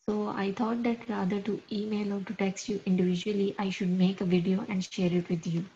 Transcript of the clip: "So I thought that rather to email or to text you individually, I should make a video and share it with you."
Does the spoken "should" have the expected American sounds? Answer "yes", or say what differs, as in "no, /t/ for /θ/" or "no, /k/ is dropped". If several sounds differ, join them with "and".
yes